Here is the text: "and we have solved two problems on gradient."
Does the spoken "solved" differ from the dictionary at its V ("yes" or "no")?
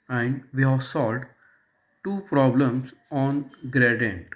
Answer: yes